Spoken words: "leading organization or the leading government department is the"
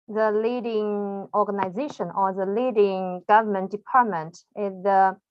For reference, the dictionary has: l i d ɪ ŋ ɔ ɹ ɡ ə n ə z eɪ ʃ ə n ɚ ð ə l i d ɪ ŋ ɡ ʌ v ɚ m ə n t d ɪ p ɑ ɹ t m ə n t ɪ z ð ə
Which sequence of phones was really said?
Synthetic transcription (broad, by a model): l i d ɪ ŋ ɔ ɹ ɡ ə n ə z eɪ ʃ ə n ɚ ð ə l i d ɪ ŋ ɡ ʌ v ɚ m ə n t d ɪ p ɑ ɹ t m ə n t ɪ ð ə